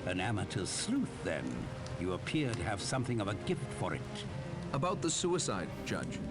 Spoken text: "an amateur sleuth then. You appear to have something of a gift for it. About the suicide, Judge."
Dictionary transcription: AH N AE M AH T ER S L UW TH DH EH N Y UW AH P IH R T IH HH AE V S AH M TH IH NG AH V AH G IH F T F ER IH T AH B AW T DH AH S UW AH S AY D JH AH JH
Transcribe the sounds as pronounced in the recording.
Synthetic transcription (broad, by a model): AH N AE M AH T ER S L UW TH DH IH N Y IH AH P IH R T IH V S AH M TH IH NG AH V AH G IH F T F ER IH T AH B AW T DH AH S UW AH S AY D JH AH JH